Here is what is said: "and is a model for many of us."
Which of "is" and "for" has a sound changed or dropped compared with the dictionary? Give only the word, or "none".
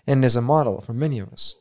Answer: none